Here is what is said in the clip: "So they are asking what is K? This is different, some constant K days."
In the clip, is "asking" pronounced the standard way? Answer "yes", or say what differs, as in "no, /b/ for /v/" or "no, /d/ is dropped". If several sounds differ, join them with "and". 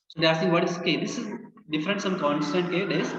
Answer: no, /k/ is dropped